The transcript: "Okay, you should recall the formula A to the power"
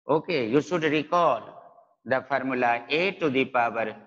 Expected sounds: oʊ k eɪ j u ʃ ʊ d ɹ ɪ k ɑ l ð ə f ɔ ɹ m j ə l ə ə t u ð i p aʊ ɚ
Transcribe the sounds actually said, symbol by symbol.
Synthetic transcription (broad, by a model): oʊ k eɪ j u s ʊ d ɹ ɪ k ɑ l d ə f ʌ ɹ m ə l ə ə t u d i p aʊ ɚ